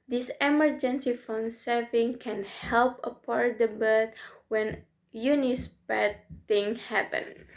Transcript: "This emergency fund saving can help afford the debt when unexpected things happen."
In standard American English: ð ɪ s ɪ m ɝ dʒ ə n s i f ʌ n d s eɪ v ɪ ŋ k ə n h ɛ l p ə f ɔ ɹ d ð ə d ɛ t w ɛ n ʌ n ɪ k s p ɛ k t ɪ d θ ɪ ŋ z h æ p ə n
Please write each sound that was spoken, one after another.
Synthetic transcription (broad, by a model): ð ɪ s ɪ m ɝ dʒ ə n s i f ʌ n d s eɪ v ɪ ŋ k ə n h ɛ l p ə p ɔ ɹ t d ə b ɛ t w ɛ n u n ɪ s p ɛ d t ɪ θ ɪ ŋ h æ p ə n